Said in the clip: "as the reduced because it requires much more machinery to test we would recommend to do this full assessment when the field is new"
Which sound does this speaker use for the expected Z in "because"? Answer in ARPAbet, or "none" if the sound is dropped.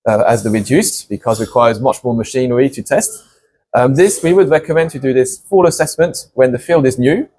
Z